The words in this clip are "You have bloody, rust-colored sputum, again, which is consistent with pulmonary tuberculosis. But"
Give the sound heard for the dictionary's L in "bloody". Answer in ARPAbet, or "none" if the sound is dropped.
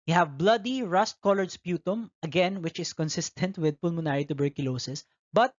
L